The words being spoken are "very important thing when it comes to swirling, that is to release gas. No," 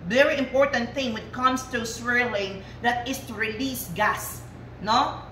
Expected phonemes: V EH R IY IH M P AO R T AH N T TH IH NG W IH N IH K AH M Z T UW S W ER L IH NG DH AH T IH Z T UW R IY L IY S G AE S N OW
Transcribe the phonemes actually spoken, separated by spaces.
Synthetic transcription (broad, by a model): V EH R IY IH M P AO R T AH N T TH IH NG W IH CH K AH M S T UW S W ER L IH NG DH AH T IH S T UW R IY L IY S G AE S N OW